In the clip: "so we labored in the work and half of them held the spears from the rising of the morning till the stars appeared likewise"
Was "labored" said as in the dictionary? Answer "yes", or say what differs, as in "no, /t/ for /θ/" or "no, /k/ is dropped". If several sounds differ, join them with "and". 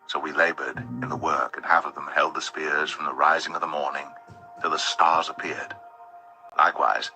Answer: yes